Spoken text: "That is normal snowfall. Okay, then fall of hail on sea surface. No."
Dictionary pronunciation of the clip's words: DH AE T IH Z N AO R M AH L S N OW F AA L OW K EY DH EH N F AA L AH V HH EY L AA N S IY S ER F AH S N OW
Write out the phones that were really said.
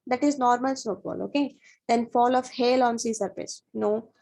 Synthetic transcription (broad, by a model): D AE T IH Z N AO R M AH L S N OW P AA L OW K EY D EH N F AA L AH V HH EY L AA N S IY S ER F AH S N OW